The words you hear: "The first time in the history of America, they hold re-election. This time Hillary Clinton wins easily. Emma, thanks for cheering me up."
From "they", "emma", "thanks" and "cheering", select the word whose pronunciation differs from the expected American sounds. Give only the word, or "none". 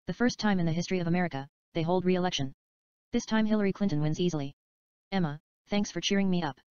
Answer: none